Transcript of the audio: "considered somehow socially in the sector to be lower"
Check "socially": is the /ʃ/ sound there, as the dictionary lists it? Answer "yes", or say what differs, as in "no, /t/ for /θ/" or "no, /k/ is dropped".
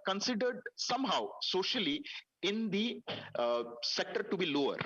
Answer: yes